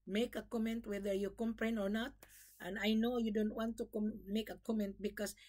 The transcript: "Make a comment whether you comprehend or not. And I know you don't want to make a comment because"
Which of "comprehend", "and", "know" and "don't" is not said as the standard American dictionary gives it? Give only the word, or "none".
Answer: comprehend